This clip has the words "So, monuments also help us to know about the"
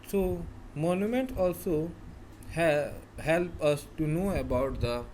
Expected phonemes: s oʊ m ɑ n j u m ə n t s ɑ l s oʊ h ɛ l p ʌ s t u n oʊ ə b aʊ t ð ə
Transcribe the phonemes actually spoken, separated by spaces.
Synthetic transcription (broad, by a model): s oʊ m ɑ n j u m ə n t ɑ l s oʊ h ɛ l p ʌ s t u n oʊ ə b aʊ t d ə